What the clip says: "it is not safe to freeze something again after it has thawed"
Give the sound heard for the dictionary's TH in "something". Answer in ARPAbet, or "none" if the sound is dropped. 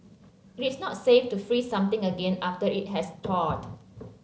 T